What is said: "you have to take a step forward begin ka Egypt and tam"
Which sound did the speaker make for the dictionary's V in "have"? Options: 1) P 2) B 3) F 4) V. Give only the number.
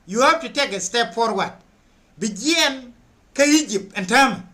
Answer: 1